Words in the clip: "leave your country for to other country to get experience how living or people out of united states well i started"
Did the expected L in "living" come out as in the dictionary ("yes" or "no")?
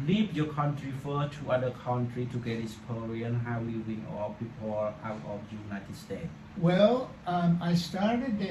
no